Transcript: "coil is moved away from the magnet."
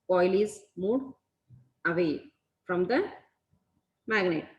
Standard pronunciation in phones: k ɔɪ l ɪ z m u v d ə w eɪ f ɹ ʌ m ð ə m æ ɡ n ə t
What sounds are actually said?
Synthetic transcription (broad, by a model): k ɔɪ l ɪ z m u d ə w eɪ f ɹ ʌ m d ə m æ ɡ n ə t